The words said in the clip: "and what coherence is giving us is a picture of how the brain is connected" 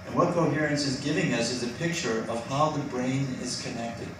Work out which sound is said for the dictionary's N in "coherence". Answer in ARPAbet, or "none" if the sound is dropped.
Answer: N